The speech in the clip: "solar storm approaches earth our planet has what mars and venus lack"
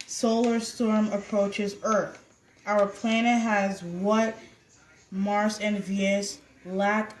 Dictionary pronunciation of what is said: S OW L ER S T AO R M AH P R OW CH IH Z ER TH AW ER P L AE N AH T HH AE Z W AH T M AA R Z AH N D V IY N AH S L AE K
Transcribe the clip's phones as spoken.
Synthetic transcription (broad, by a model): S OW L ER S T AO R M AH P R OW CH IH Z ER TH AW ER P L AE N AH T HH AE Z W AH T M AA R S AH N V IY AH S L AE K